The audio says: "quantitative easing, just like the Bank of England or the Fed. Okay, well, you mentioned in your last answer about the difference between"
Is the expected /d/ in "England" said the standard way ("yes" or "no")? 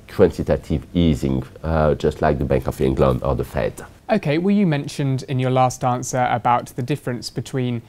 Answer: no